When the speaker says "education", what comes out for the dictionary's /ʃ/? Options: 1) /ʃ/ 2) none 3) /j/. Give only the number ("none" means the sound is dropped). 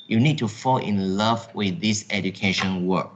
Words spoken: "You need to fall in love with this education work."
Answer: 1